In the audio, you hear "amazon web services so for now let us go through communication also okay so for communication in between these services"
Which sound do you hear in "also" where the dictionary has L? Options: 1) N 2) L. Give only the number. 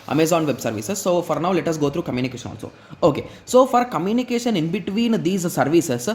1